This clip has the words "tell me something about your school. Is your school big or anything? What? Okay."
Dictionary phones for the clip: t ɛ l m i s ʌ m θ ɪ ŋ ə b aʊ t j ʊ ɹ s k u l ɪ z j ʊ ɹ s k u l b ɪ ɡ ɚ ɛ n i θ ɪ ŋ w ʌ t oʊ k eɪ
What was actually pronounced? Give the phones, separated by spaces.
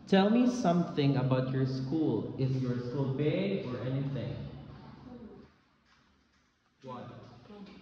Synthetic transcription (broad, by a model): t ɛ l m i s ʌ m θ ɪ ŋ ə b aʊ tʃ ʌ ɹ s k u l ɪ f j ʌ ɹ s k u l b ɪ ɚ ɛ n i θ ɪ ŋ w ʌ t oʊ